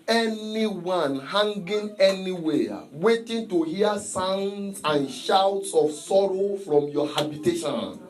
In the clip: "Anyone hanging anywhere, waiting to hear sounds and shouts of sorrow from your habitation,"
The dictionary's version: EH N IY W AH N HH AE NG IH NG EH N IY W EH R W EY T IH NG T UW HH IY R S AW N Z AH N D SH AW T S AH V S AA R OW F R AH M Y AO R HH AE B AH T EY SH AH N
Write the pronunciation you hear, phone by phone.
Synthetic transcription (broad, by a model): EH N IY W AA N HH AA NG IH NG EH N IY W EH W EY T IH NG T UW HH IY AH S AW N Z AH N SH AW T S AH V S AA R OW F R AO M Y AO HH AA B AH T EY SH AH N